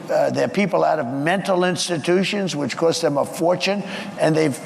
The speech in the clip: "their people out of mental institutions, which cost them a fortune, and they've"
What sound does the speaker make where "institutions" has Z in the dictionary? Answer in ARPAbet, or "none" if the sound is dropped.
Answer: Z